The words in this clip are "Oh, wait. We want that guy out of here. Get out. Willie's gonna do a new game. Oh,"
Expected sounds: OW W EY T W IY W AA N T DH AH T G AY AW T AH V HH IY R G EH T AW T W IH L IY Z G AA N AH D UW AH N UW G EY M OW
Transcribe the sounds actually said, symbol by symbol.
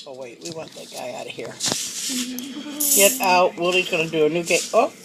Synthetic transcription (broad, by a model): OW W EY T W IY W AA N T DH AH T G AY AW T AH HH IY R G EH T AW T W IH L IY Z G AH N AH D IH AH N UW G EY OW